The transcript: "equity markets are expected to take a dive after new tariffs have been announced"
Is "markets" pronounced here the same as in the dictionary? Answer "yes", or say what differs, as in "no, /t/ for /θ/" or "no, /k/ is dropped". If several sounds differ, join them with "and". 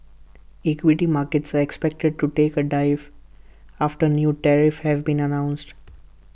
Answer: yes